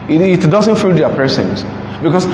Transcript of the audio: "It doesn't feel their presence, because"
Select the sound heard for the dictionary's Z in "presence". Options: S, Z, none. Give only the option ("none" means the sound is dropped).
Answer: S